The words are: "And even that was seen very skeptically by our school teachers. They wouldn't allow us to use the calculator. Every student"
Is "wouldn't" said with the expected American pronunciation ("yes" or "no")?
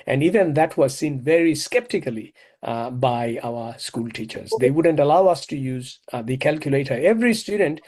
yes